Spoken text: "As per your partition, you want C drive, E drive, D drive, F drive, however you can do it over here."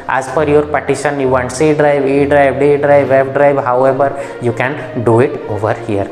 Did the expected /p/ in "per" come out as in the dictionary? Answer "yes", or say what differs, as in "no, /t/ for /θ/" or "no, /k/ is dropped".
no, /f/ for /p/